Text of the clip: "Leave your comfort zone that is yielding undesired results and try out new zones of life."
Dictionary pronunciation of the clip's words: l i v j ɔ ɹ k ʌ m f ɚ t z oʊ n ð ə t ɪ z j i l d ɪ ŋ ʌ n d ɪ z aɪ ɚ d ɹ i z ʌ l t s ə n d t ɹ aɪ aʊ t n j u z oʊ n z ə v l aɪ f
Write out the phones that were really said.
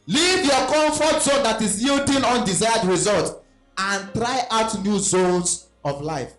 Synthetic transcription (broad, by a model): l i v j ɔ k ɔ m f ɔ t z oʊ n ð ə t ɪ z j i l d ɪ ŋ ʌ n d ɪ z aɪ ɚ d ɹ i z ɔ l t ə n t ɹ aɪ aʊ t n j u z oʊ n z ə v l aɪ f